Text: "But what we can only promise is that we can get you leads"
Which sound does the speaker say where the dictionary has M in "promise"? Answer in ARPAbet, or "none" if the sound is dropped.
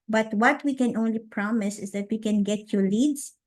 M